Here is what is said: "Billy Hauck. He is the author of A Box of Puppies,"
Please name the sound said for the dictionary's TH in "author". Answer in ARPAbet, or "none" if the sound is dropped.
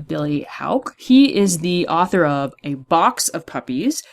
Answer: TH